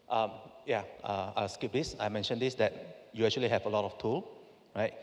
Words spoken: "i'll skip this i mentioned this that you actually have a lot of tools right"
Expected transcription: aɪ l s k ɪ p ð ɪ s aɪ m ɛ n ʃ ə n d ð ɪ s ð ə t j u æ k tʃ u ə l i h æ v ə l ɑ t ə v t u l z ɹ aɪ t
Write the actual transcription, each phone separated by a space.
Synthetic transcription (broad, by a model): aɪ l s k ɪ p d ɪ s aɪ m ɛ n ʃ ə n d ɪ s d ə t j u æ k tʃ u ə l i h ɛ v ə l ɑ t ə f t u l ɹ aɪ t